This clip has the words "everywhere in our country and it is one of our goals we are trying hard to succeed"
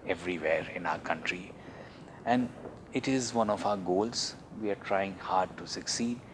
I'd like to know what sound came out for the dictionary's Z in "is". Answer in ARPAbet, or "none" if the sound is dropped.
Z